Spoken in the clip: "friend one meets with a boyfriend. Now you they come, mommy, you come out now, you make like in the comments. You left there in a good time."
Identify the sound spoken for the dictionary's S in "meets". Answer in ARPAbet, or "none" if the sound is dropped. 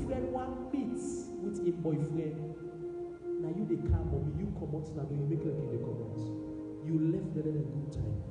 none